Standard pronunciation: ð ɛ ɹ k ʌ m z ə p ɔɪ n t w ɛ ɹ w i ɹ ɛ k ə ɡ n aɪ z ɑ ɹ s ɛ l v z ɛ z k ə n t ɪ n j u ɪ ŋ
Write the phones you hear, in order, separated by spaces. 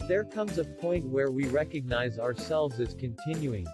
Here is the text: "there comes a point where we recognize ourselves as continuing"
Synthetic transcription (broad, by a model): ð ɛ ɹ k ʌ m z ə p ɔɪ n t w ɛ ɹ w i ɹ ɛ k ə ɡ n aɪ z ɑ ɹ s ɛ l v z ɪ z k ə n t ɪ n j u ɪ ŋ